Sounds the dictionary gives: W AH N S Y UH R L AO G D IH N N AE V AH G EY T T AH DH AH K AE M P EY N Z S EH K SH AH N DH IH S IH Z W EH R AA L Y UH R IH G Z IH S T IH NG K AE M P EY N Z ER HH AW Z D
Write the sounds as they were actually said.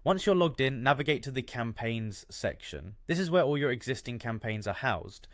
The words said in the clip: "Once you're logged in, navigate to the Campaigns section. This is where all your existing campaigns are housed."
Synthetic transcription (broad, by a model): W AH N S Y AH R L AO G D IH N N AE V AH G EY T T AH DH AH K AE M P EY N Z S EH K SH AH N DH IH S IH Z W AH R AA L Y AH R IH G Z IH S T IH NG K AE M P EY N Z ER HH AW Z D